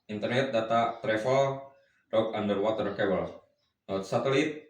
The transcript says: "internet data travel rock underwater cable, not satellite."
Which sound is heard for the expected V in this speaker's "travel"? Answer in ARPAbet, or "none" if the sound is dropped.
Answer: F